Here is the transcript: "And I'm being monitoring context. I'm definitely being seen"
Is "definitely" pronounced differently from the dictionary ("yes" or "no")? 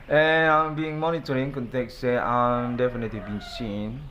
no